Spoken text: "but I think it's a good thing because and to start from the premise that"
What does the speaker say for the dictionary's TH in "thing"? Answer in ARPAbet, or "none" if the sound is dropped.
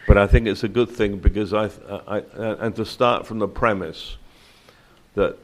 TH